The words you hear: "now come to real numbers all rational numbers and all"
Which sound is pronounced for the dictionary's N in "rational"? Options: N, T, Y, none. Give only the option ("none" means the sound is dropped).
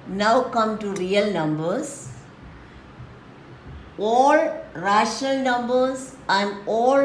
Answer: N